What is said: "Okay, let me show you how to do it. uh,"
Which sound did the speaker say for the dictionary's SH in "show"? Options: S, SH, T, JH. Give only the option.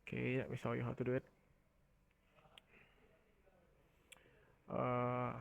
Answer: S